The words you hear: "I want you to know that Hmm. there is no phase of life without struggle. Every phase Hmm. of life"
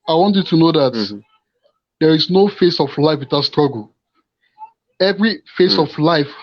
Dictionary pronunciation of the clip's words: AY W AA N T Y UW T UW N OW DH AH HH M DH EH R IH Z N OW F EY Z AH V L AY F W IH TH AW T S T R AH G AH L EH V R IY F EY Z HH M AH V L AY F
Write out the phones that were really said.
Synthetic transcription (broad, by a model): AY W AA N T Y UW T UW N OW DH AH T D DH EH R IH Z N OW F EY S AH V L AY F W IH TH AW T S T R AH G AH L EH V R IY F EY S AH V L AY F